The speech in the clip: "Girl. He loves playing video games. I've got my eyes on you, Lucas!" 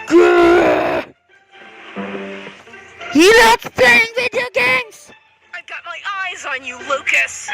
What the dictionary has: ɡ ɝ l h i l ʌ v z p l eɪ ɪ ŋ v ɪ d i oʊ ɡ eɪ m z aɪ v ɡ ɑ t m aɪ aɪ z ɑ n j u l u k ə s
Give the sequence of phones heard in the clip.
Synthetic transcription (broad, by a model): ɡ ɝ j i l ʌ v p l eɪ ɪ ŋ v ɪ d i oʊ ɡ eɪ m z aɪ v ɡ ɑ t m aɪ aɪ z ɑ n j u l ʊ k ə s